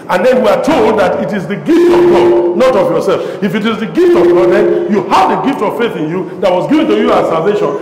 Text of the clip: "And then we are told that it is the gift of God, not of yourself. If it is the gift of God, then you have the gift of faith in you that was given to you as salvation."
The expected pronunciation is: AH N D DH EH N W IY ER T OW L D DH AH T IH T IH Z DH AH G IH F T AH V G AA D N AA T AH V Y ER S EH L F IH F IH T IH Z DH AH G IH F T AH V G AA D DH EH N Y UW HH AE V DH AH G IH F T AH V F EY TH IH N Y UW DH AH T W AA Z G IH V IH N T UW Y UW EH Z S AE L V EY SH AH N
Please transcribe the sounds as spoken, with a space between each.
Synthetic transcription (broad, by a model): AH N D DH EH N W IY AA T OW L D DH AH T IH T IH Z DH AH G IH F T AH V G AA D N AA T AH V Y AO S EH L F IH F IH T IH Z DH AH G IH F T AH V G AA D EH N Y UW HH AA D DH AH G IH F T AH V F EY TH IH N Y UW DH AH T W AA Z G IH V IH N T UW Y UW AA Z S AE L V EY SH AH N